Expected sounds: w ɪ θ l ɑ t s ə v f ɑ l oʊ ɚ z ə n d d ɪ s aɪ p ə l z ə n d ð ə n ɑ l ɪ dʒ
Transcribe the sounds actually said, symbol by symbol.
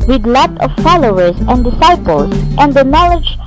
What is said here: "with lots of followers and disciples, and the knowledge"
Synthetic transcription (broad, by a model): w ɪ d l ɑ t ə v f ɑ l oʊ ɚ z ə n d d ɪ s aɪ p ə l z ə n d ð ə n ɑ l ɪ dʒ